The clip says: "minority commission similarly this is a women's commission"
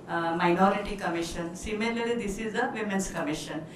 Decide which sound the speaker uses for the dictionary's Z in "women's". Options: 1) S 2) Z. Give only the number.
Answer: 1